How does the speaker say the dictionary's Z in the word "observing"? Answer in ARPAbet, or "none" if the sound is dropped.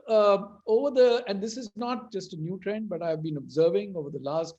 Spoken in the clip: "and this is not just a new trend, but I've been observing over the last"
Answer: Z